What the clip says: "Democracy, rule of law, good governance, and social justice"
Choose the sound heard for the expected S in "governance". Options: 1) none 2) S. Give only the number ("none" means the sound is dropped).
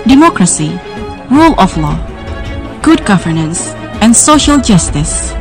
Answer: 2